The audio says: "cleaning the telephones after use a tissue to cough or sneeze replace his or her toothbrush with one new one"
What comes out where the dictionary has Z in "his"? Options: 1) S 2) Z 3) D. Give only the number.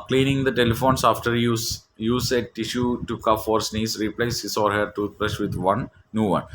1